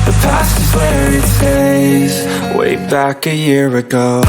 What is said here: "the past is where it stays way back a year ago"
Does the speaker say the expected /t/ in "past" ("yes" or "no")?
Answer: no